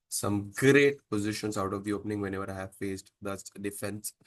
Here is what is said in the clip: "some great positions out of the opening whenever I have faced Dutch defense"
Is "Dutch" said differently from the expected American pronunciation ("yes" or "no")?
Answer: yes